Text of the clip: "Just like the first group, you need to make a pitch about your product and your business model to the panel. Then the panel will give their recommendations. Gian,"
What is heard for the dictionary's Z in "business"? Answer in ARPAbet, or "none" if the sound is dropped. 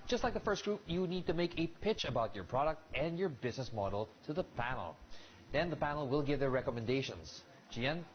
Z